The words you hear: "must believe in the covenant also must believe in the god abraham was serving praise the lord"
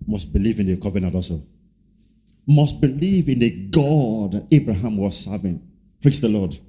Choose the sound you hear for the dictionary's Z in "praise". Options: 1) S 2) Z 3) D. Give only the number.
1